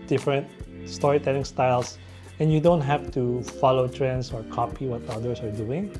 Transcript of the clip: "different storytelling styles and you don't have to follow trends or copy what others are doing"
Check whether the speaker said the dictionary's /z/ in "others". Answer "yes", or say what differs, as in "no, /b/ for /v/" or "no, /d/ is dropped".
no, /s/ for /z/